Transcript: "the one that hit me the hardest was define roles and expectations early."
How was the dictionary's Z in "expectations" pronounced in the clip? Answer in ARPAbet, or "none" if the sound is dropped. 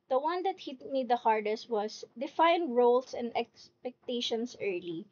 S